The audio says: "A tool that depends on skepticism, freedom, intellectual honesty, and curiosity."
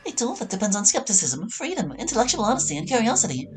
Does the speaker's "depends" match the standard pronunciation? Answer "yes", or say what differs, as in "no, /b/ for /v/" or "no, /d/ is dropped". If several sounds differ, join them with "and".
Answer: yes